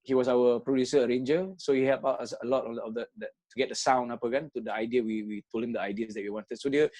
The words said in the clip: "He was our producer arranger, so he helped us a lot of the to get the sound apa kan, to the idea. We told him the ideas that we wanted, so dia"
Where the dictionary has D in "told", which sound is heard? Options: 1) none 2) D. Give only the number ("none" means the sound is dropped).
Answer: 1